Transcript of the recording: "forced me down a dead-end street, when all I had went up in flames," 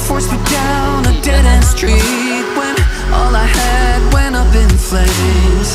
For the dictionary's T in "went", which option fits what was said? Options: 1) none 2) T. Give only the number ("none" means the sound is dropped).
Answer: 1